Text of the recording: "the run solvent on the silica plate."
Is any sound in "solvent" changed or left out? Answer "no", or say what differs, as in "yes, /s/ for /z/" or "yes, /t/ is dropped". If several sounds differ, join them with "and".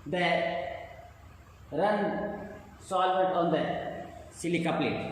yes, /n/ is dropped